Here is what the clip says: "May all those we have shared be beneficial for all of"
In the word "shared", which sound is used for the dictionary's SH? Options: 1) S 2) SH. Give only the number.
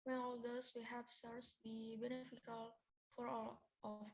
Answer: 1